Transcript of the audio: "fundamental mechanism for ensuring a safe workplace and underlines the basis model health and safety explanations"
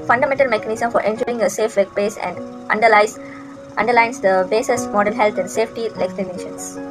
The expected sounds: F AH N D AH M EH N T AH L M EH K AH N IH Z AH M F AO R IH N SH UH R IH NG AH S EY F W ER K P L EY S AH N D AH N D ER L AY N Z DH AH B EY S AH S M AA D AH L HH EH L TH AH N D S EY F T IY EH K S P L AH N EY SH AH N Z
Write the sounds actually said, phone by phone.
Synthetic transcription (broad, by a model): F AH N D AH M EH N T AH L M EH K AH N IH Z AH M F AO R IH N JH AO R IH NG AH S EY F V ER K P EY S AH N D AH N D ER L AY N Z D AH B EY S AH S M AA D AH N HH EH L T AH N D S EY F T IY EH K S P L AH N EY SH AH N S